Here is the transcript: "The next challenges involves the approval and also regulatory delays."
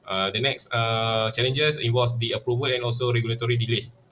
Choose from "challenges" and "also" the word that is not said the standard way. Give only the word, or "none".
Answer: challenges